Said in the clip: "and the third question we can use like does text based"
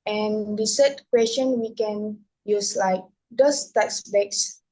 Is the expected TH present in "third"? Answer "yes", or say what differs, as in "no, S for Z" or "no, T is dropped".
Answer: no, S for TH